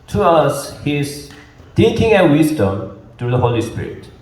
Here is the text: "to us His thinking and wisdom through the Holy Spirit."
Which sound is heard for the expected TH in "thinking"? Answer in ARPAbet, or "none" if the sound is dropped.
T